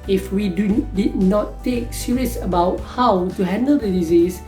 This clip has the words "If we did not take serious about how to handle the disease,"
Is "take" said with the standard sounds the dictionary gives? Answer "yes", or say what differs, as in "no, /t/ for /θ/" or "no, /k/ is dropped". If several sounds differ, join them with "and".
yes